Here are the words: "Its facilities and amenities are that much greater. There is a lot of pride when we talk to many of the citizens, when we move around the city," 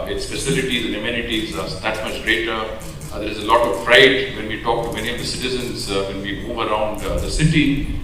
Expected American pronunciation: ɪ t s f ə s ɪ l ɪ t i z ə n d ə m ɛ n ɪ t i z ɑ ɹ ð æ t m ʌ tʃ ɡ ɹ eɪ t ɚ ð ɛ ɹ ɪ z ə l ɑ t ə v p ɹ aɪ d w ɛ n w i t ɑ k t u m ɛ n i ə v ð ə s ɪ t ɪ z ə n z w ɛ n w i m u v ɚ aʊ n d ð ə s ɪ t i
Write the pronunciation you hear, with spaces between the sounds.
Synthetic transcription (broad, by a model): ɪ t s p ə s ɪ l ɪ t i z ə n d ə m ɛ n ɪ t i z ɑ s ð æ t m ʌ tʃ ɡ ɹ eɪ t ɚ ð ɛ ɹ ɪ z ə l ɑ t ə v f ɹ aɪ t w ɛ n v i t ɑ k t u m ɛ n i ə v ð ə s ɪ t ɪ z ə n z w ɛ n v i m u v ɚ aʊ n d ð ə s ɪ t i